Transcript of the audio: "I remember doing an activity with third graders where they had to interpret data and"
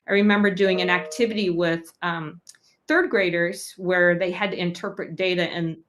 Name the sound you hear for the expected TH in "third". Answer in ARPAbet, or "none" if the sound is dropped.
TH